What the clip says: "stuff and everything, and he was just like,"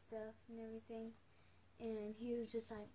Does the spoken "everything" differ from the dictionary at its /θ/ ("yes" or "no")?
no